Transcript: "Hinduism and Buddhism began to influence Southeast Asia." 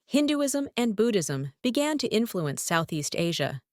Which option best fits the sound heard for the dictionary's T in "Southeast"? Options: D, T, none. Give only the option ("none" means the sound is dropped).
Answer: T